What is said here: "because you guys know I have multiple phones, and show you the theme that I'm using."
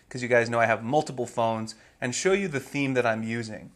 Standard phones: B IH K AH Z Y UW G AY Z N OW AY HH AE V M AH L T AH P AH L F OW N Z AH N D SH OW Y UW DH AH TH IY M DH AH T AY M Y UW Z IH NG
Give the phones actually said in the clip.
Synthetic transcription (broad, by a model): K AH Z Y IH G AY Z N OW AY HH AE V M AH L T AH P L F OW N Z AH N SH OW Y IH DH AH TH IY M DH AH T AY M Y UW Z IH NG